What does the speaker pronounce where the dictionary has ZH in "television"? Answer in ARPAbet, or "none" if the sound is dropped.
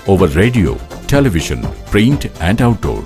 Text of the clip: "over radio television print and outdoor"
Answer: SH